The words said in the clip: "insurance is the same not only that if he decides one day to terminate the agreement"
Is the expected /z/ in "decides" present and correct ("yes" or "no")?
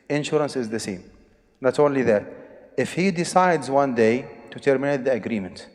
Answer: yes